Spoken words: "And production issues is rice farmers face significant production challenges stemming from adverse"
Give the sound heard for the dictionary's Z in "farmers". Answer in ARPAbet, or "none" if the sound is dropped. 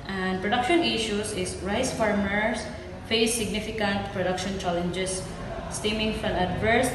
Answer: S